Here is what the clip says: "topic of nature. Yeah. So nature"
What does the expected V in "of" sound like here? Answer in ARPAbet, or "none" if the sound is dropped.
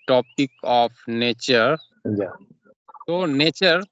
P